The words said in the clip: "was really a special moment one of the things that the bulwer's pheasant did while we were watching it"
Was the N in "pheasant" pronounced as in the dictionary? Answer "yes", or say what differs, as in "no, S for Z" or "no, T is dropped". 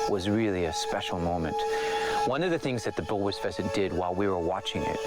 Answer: no, N is dropped